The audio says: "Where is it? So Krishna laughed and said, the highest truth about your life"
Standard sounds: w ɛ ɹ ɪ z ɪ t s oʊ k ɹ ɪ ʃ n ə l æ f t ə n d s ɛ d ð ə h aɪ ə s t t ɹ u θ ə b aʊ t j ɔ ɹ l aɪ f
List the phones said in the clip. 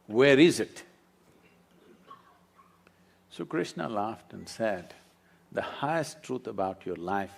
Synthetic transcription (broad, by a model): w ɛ ɹ ɪ z ɪ t s oʊ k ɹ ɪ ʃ n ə l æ f t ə n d s ɛ d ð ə h aɪ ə s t t ɹ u t ə b aʊ t j ɔ ɹ l aɪ f